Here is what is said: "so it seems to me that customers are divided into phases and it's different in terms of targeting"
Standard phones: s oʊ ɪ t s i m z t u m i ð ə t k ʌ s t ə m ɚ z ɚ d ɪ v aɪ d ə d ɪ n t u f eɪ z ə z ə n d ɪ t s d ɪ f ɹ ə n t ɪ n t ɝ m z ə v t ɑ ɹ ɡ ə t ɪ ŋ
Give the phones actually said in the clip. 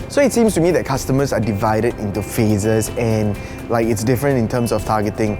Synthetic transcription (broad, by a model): s oʊ ɪ t s i m s t u m i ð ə t k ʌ s t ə m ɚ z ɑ d ɪ v aɪ d ə d ɪ n t u f eɪ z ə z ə n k ɪ t s d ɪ f ɹ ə n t ɪ n t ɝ m s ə f t ɑ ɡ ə t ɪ ŋ